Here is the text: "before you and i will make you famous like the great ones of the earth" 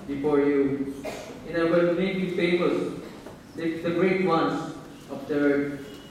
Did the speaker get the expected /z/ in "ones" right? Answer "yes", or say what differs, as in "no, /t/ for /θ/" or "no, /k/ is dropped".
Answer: no, /s/ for /z/